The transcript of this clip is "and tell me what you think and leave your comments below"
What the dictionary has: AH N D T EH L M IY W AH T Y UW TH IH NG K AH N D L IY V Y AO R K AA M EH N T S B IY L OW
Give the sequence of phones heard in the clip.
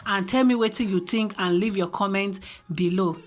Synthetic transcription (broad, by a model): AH N T EH L M IY W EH T Y UW T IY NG K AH N L IY V Y AO K AA M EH N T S B IY L OW